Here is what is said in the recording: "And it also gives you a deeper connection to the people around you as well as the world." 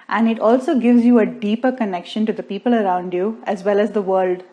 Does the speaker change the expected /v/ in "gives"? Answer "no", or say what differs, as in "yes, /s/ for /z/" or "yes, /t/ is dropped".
no